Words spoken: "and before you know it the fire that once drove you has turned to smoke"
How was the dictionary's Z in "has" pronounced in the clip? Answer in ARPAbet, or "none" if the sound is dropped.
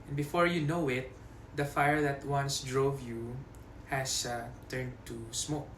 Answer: S